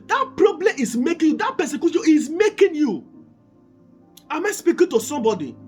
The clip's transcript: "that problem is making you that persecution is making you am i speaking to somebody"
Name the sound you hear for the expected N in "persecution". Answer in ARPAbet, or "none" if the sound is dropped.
none